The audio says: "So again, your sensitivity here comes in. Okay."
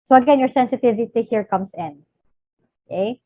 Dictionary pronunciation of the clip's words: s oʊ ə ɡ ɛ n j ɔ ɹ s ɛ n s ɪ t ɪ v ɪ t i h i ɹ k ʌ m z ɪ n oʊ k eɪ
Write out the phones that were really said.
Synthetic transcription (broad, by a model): s oʊ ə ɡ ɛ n j ɔ ɹ s ɛ n s ɪ t ɪ v ɪ t i h i ɹ k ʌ m s ɪ n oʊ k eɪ